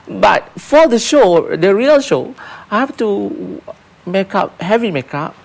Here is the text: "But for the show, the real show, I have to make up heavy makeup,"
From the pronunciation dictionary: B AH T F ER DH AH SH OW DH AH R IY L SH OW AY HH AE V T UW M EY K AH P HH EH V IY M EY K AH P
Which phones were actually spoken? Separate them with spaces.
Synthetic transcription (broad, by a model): B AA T F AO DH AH SH OW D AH R IY L SH OW AY HH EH F T UW M EY K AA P HH EH V IY M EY K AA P